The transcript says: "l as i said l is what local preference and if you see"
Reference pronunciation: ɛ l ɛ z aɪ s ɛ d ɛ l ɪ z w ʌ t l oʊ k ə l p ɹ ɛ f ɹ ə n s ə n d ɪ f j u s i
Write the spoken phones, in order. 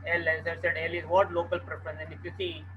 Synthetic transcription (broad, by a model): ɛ l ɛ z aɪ s ɛ d ɛ l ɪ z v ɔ t l oʊ k ə l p ɹ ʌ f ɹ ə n ə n ɪ f j u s i